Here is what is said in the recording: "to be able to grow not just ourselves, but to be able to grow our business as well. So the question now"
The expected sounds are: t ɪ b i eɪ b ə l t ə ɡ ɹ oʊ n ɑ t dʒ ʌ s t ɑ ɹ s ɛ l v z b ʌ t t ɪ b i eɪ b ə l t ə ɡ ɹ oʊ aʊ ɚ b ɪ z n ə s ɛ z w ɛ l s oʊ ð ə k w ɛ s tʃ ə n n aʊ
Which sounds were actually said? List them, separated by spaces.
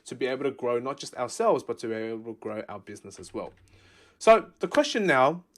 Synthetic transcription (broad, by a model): t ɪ b i eɪ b l t ə ɡ ɹ oʊ n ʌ t dʒ ʌ s t ɑ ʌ s ɛ l v z b ʌ t t ɪ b i eɪ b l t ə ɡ ɹ oʊ aʊ ɚ b ɪ z n ə s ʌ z w ɛ l s oʊ ð ə k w ɛ s tʃ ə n n aʊ